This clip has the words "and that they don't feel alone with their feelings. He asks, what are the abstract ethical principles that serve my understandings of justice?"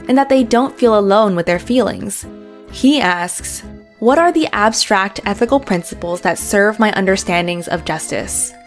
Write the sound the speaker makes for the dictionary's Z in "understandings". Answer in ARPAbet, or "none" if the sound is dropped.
Z